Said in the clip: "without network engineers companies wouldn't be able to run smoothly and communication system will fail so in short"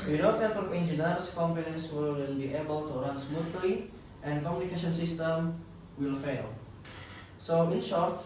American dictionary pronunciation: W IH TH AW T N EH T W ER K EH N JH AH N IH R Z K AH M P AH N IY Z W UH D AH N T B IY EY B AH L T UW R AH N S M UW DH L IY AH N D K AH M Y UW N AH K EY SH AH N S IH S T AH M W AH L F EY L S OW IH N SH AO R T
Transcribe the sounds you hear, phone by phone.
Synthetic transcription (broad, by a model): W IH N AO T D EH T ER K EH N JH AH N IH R S K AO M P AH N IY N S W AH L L B IY EY B AH L T UW R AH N S M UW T L IY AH N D K AH M Y UW N AH K EY SH AH N S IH S T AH M W AH L F EY L S OW IH N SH AO R T